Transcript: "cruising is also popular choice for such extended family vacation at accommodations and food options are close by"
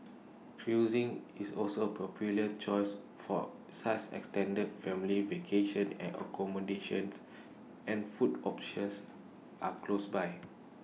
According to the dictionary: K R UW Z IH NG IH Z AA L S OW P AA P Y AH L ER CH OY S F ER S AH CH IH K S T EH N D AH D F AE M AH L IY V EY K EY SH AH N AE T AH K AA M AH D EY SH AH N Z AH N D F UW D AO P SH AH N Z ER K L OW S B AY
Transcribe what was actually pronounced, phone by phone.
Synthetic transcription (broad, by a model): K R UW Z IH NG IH S AA L S OW P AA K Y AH L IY CH OY S F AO S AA S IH K S T EH N D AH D F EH M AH L IY V EY K EY SH AH N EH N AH K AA M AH D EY SH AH N S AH N F UW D AO P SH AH N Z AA K L OW S B AY